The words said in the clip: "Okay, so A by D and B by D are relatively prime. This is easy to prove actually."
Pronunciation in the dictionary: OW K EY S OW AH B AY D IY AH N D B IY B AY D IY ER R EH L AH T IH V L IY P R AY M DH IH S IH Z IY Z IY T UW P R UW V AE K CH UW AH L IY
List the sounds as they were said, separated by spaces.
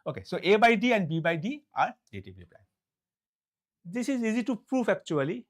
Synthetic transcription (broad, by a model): OW K EY S OW AH B AY D IY AH N D B IY B AY D IY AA R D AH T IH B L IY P L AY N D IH S IH Z IY Z IY T UW P R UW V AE K CH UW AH L IY